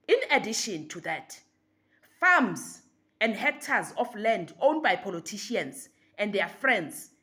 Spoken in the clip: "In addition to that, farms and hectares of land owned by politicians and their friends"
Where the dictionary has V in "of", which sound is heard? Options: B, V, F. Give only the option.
F